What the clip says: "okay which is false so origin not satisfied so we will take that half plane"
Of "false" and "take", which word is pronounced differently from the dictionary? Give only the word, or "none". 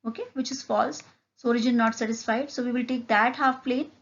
none